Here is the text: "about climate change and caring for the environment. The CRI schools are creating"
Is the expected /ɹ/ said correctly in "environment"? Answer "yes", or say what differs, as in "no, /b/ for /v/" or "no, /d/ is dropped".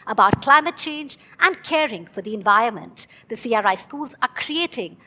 yes